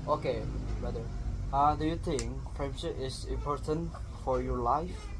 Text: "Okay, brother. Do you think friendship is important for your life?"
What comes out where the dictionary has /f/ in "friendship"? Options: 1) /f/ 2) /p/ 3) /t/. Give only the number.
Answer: 2